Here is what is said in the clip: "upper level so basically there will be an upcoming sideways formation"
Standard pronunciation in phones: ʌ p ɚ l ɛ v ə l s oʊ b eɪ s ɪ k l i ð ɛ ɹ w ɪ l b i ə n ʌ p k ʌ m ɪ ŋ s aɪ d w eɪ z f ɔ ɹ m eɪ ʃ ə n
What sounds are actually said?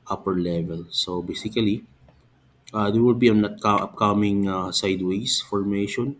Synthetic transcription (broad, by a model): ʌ p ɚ l ɛ v ə l s oʊ b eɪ s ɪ k l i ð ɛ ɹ w ɪ l b i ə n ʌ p k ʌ m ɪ ŋ s aɪ d w eɪ s f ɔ ɹ m eɪ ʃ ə n